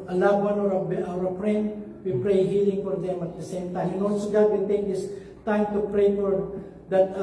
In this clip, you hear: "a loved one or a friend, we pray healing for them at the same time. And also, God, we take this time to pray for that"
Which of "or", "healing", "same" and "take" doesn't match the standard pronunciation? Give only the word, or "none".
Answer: or